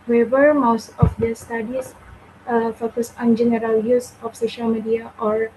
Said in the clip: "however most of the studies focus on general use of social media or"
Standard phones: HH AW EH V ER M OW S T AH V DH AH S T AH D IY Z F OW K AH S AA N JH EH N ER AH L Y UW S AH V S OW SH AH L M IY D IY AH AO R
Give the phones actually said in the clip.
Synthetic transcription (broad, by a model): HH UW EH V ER M OW S T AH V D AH S T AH D IY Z F OW K AH S AA N JH EH N ER AH L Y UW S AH F S OW SH AH L M IY D IY AH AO R